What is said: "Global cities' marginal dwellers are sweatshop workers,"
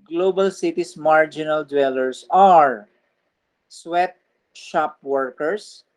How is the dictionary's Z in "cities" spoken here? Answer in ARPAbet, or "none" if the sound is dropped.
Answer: S